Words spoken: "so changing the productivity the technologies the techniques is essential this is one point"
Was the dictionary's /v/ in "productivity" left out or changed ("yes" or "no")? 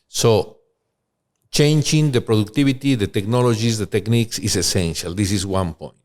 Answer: yes